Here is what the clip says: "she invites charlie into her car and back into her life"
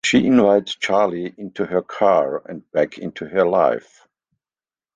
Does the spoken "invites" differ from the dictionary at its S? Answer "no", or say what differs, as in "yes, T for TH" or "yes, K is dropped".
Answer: yes, S is dropped